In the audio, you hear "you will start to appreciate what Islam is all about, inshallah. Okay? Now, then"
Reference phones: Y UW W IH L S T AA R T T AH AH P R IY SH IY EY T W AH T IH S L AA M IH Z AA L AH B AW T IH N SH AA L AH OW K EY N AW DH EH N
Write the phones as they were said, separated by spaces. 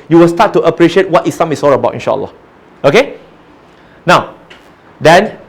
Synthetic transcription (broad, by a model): Y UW W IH L S T AA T T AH AH P R IY SH IY EY T W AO T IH S AA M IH S AA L AH B AW T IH N SH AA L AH OW K EY N AW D EH N